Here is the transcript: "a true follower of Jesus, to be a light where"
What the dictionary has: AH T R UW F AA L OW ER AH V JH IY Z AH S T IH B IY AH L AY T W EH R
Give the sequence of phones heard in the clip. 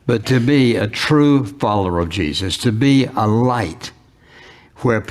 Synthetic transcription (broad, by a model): AH T R UW F AA L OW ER AH V JH IY Z AH S T IH B IY AH L AY T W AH R